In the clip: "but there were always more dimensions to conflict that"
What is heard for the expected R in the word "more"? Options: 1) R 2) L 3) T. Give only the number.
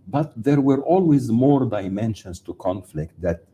1